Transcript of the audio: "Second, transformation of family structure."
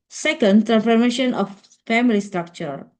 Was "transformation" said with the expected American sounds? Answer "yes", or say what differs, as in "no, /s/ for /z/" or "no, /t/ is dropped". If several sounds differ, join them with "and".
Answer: no, /s/ is dropped